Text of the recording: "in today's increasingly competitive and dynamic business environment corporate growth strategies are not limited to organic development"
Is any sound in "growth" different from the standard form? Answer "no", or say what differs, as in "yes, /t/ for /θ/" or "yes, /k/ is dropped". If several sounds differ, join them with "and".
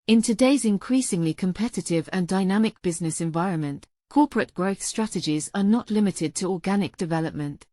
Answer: no